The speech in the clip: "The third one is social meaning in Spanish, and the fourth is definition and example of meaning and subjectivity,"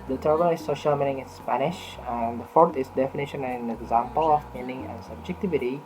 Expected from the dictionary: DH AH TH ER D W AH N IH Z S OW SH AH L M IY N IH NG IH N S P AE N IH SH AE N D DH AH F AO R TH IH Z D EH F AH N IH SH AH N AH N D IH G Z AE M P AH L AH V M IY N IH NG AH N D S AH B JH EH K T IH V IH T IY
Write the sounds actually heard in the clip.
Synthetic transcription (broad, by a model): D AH T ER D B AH L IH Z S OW SH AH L M IY N IH NG IH N S P AE N IH SH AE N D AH F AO R T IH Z D EH F AH N IH SH AH N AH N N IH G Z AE M P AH L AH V M IY N IH NG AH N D S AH B JH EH K T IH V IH T IY